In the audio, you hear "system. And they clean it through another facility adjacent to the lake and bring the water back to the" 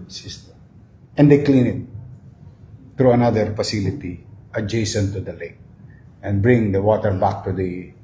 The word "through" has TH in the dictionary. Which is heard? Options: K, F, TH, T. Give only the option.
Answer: T